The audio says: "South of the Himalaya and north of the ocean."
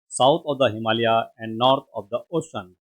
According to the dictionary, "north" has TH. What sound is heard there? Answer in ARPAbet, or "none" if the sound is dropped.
T